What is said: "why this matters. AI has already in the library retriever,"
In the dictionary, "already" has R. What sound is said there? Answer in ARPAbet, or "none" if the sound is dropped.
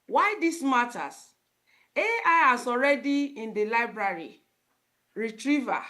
R